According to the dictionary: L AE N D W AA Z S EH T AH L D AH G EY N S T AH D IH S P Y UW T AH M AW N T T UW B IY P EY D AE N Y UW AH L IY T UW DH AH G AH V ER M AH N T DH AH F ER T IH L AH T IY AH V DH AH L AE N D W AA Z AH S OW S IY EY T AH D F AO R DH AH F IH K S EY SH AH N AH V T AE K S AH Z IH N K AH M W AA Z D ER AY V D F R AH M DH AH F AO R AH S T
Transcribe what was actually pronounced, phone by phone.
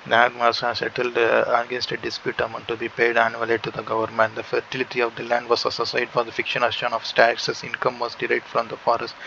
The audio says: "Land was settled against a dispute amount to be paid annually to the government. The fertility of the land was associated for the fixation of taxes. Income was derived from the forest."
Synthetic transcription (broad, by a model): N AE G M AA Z S EH T AH L D AH G EY N S T AH D IH S P Y UW T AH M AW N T T UW B IY P EY D AE N Y UW AH L IY T UW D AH G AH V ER M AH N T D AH F ER T IH L AH T IY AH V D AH L AE N D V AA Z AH S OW S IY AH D F AO R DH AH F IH K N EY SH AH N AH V T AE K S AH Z IH N K AH M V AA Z D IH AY D F R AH M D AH F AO R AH S T